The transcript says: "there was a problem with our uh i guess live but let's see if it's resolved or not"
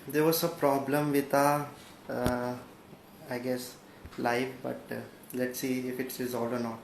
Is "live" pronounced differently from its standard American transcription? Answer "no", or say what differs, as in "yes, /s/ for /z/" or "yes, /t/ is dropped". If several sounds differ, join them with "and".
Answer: yes, /f/ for /v/